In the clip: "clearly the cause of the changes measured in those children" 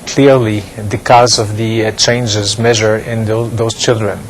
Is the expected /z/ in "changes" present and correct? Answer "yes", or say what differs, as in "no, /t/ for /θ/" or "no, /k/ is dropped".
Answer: yes